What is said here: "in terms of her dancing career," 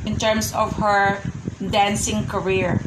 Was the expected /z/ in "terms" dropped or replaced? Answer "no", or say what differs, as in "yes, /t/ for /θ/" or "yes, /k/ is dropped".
yes, /s/ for /z/